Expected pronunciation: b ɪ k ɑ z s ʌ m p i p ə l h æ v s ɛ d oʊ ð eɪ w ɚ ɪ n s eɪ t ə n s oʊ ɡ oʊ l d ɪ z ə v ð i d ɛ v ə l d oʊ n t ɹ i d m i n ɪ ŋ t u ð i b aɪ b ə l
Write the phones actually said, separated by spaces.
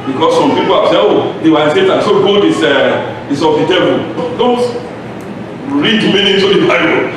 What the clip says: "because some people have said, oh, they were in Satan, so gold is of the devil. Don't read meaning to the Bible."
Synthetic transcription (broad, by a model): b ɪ k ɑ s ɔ m p i p ə l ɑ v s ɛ oʊ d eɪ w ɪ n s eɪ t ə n s oʊ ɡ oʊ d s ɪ s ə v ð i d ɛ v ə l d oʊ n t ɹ i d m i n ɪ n t u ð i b aɪ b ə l